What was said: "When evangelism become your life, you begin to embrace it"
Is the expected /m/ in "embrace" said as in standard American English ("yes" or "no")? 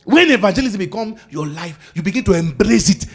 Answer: yes